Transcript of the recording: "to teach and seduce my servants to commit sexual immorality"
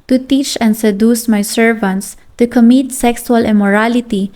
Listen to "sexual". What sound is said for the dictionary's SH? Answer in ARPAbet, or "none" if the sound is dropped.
S